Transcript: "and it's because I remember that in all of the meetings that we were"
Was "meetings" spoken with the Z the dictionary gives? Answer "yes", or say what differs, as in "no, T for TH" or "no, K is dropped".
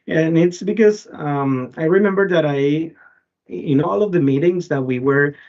yes